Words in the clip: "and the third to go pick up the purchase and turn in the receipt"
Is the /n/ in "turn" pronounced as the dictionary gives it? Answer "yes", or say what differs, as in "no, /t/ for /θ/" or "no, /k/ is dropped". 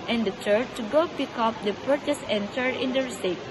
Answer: no, /n/ is dropped